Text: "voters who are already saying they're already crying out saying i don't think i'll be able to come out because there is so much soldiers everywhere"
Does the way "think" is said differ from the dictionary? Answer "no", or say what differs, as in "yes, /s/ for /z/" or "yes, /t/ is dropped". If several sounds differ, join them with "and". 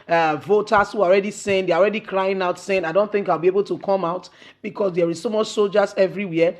no